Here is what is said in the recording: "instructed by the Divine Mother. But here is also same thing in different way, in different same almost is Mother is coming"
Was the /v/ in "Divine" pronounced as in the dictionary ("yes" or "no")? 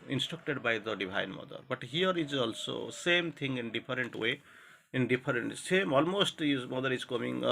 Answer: no